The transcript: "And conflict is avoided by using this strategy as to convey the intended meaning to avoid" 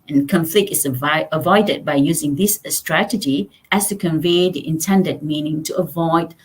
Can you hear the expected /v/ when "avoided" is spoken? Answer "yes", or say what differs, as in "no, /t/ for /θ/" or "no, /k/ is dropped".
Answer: yes